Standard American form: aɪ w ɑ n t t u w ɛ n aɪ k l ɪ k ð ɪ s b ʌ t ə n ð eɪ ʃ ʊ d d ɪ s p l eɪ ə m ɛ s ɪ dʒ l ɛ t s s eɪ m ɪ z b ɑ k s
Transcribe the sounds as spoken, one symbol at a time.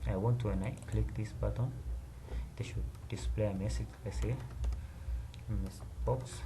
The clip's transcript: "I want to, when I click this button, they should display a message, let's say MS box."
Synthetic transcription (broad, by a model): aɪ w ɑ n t t u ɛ n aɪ k l ɪ k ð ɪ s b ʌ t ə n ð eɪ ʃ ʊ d d ɪ s p l eɪ ə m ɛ s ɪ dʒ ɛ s s eɪ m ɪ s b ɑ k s